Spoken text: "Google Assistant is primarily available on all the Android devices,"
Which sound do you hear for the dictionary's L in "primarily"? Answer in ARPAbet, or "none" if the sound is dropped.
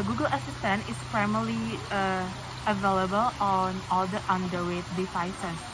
none